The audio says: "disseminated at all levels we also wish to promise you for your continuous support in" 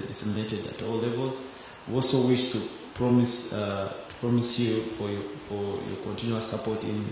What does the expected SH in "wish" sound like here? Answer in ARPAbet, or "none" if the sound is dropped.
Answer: S